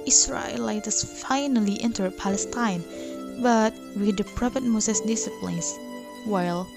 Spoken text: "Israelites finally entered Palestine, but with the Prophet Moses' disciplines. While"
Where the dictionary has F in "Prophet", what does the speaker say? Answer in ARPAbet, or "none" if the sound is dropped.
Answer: P